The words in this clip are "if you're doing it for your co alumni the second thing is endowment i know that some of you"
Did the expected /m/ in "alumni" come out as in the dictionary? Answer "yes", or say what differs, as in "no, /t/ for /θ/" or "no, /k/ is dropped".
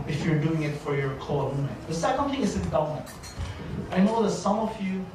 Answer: no, /m/ is dropped